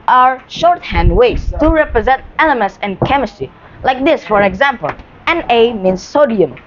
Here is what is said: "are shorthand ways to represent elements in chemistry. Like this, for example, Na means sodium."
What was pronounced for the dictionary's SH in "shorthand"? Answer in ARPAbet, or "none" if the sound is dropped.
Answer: SH